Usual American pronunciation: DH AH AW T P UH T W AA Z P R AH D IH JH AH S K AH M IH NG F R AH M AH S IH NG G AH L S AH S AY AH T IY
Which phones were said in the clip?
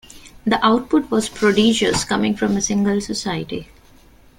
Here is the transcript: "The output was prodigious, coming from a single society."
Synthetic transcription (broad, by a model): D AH AW T P UH T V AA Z P R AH D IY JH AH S K AH M IH NG F R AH M AH S IH NG G AH L S AH S AY AH T IY